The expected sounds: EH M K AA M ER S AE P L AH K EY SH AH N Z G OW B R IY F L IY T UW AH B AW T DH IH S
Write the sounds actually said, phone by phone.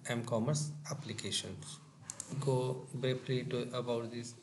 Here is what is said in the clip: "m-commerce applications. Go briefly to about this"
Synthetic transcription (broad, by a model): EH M K AA M ER S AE P L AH K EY SH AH N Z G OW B EH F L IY T UW AH B AW T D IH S